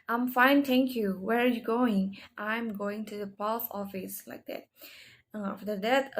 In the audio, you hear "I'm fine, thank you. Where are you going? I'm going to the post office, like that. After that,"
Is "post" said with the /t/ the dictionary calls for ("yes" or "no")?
no